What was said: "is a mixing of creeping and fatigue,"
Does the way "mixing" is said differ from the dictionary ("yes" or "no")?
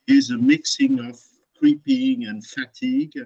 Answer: no